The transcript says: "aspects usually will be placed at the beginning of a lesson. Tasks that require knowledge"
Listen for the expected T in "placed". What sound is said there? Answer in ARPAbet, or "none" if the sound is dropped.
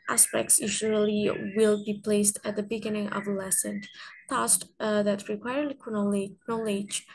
T